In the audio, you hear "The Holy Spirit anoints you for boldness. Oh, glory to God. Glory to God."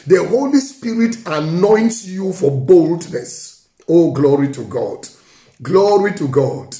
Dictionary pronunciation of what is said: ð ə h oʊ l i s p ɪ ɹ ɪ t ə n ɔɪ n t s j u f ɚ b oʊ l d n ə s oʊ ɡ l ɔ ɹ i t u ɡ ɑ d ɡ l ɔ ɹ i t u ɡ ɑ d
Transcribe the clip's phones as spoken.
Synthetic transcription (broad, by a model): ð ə h oʊ l i s p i ɹ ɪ t ə n ɔɪ n t s j u f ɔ b oʊ l d n ə s oʊ ɡ l ɔ ɹ i t u ɡ ɑ d ɡ l ɔ ɹ i t u ɡ ɑ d